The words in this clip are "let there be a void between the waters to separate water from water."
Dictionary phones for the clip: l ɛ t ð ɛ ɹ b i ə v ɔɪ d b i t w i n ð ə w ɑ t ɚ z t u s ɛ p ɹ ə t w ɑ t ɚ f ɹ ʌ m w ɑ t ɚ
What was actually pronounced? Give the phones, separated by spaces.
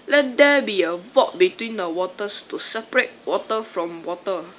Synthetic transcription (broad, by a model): l ɛ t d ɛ b i ə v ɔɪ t b i t w i n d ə w ɑ t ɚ s t u s ɛ p ɹ ə t w ɑ t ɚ f ɹ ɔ m w ɑ t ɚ